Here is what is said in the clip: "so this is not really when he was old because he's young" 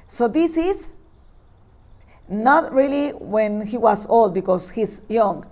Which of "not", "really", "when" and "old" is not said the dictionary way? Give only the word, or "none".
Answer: none